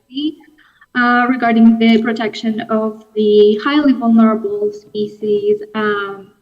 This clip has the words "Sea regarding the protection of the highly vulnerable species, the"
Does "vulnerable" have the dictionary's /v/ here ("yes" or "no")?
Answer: yes